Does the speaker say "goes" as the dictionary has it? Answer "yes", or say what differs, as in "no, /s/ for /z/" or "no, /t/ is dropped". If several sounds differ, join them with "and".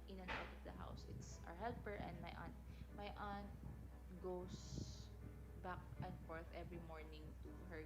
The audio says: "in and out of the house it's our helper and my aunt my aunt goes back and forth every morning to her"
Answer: no, /s/ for /z/